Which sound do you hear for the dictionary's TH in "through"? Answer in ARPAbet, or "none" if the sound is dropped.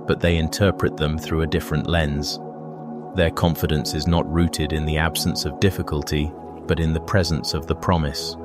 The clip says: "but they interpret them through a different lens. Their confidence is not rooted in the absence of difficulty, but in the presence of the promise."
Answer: TH